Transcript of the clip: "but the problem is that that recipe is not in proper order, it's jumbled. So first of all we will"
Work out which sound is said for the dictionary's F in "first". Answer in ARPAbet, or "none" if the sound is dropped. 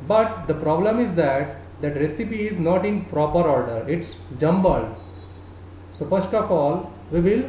P